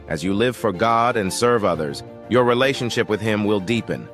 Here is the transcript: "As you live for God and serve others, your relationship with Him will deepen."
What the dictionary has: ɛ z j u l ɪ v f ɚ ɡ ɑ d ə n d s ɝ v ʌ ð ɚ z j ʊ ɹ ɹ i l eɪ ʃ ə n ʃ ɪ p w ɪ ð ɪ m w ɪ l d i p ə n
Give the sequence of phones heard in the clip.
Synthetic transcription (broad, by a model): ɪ z j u l ɪ v f ɚ ɡ ɑ d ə n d s ɝ v ʌ ð ɚ z j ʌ ɹ ɹ i l eɪ ʃ ə n ʃ ɪ p w ɪ ð ɪ m w ɪ l d i p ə n